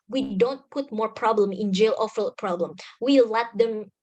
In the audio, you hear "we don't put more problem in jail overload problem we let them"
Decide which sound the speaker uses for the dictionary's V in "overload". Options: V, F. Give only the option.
F